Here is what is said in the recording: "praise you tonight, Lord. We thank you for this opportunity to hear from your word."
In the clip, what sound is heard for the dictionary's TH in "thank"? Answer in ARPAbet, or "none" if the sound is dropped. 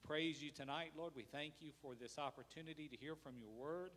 TH